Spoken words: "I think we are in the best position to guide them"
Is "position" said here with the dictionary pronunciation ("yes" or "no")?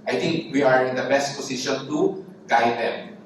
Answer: no